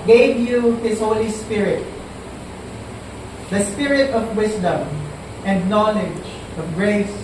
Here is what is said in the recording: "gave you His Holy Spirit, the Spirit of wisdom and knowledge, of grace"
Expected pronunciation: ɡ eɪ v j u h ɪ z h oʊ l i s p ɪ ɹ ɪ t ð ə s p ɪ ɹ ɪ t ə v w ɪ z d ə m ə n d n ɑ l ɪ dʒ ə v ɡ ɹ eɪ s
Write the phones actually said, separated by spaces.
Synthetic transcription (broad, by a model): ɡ eɪ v j u h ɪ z h oʊ l i s p ɪ ɹ ɪ t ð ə s p ɪ ɹ ɪ t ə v w ɪ s d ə m ə n d n ɑ l ɪ dʒ ə v ɡ ɹ eɪ s